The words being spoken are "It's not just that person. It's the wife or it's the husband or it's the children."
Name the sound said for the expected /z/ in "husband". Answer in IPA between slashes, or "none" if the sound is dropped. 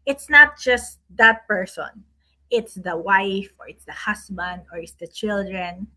/s/